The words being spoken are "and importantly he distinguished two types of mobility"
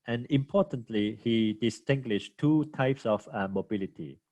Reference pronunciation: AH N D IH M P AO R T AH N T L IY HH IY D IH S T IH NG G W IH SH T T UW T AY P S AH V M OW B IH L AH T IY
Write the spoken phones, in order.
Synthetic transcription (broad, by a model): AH N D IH M P AO T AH N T L IY HH IY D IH S T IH NG G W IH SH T T UW T AY P S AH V M OW B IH L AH T IY